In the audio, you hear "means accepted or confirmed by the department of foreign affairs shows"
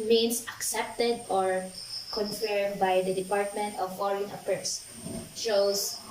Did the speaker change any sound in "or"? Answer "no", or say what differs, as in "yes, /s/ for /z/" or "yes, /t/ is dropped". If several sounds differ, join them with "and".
no